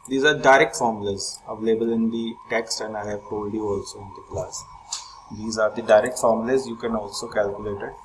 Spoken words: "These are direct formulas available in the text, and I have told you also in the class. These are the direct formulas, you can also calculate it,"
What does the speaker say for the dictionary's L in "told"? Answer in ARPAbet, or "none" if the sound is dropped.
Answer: none